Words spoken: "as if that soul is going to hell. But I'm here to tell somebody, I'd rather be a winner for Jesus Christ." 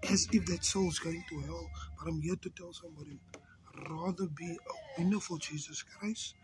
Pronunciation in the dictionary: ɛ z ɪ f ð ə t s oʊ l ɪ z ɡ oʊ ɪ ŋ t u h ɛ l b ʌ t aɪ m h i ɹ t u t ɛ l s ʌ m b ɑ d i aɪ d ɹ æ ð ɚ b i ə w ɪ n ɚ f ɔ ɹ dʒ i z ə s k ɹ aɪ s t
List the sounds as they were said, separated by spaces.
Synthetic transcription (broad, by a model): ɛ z ɪ f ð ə t s oʊ l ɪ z ɡ oʊ ɪ ŋ t u h ɛ l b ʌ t aɪ m h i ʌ t u t ɛ l s ʌ m b ɑ d i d ɹ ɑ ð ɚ b i ə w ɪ n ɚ f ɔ l dʒ i z ə s k ɹ aɪ s t